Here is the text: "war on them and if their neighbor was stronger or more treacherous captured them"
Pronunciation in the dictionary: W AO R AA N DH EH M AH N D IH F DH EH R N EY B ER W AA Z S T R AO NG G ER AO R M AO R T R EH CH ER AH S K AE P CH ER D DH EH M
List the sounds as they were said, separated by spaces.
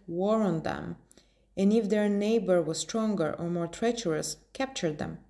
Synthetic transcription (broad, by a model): W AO R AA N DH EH M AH N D IH F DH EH R N EY B ER W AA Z S T R AO NG G ER AO R M AO R T R EH CH ER AH S K AE P CH ER D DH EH M